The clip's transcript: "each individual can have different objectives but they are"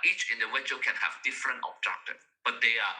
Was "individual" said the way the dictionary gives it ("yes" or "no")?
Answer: no